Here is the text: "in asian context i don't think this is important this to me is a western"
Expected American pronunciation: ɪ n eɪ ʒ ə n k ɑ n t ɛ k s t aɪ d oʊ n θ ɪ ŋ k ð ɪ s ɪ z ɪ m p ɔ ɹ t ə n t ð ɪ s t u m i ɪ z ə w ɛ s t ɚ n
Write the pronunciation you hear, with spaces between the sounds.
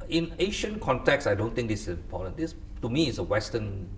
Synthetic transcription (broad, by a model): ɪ n eɪ ʃ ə n k ɑ n t ɛ k s aɪ d oʊ n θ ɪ ŋ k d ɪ s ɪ s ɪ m p ɔ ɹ t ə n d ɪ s t u m i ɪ s ə w ɛ s t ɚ n